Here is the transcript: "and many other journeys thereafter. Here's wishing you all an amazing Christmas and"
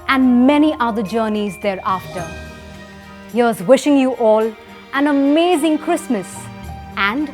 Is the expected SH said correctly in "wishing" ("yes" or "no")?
yes